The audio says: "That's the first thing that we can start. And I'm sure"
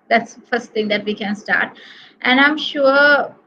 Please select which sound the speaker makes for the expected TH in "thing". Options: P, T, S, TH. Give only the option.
T